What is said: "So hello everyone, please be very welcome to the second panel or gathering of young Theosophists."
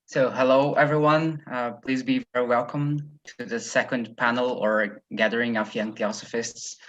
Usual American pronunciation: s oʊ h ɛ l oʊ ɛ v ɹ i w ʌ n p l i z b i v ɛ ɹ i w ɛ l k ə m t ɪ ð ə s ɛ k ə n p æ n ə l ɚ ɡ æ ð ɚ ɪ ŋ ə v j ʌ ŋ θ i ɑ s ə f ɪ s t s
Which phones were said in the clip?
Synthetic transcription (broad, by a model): s oʊ h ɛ l oʊ ɛ v ɹ i w ʌ n p l i z b i v ɛ ɹ i w ɛ l k ə m t ɪ ð ə s ɛ k ə n p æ n l ɚ ɡ æ ð ɚ ɪ ŋ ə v j ʌ ŋ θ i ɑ s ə f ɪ s t s